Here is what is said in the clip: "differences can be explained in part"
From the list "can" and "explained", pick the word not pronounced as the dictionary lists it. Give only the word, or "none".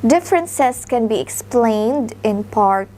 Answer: none